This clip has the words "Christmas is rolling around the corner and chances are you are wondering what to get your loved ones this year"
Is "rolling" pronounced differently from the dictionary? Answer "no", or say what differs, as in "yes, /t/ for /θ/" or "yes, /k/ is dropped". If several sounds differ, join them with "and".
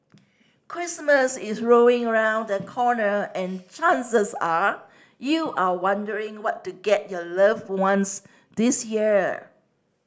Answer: yes, /l/ is dropped